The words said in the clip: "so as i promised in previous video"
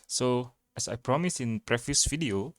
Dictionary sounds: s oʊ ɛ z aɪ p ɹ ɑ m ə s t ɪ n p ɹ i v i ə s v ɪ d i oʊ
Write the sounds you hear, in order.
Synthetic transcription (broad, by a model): s oʊ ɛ s aɪ p ɹ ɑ m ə s ɪ n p ɹ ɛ f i s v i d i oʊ